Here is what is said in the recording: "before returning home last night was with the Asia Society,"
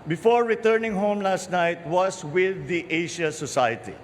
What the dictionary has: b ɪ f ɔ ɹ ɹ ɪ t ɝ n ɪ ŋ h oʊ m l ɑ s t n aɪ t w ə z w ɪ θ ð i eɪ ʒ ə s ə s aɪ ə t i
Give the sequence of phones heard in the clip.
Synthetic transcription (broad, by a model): b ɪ f ɔ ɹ ɹ ɪ t ɝ n ɪ ŋ h oʊ m l ɑ s t n aɪ t w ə s w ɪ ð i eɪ ʃ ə s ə s aɪ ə t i